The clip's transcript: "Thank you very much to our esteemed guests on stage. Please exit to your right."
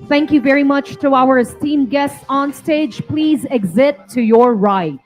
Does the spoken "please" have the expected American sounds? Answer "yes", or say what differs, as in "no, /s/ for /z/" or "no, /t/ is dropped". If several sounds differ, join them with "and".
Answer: yes